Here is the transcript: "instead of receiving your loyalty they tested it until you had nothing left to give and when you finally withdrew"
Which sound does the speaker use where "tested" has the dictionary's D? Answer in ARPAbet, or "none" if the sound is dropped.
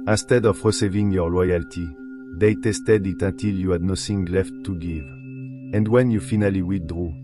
D